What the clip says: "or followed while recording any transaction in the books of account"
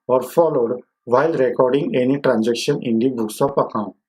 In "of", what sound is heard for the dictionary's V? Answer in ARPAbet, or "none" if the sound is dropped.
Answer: P